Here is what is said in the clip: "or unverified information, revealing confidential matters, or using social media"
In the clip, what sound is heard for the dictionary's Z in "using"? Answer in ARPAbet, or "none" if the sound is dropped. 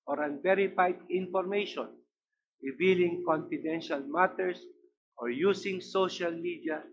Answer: S